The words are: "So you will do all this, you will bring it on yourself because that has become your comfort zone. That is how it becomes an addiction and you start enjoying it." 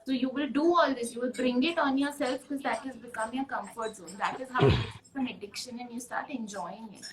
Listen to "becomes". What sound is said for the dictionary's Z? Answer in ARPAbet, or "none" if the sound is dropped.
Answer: none